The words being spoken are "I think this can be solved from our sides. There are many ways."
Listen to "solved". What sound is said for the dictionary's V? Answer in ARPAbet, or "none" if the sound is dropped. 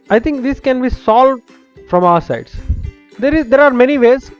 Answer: V